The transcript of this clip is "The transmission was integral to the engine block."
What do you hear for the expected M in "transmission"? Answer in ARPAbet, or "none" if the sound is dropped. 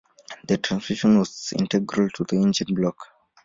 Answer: none